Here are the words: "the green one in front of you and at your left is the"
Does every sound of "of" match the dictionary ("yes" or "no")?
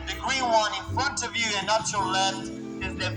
yes